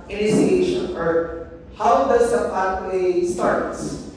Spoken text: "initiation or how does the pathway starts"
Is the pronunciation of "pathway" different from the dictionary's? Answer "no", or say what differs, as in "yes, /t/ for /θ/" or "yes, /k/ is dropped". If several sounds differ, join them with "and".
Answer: yes, /t/ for /θ/